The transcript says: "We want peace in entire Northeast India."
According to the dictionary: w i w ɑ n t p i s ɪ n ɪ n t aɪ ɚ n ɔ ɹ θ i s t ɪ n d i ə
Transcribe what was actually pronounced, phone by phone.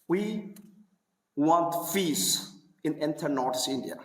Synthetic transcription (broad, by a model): w i w ɑ n t f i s ɪ n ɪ n t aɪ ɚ n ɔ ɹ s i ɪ n d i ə